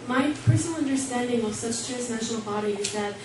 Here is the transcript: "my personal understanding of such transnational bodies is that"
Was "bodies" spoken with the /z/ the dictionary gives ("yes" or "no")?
no